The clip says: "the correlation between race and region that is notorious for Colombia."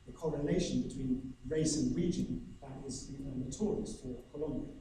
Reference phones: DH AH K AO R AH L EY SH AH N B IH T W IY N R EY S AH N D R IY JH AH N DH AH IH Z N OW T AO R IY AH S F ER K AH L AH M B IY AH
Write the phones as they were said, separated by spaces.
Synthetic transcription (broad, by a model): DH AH K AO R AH N EY SH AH N B IH T W IY N R EY S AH N R IY JH AH N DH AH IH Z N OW T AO R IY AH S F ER K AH L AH M B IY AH